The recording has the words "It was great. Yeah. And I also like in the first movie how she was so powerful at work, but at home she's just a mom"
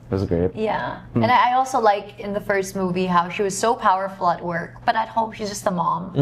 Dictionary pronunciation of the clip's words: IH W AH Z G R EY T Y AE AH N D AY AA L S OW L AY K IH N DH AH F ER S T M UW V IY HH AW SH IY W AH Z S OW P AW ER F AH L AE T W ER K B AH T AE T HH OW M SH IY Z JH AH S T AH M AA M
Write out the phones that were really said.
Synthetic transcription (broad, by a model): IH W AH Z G R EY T Y AE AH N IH AY AA L S OW L AY K IH N DH AH F ER S T M UW V IY HH AW SH IY W AH Z S OW P AW ER F L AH T W ER K B AH T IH T HH OW M SH IY Z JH AH S T AH M AA M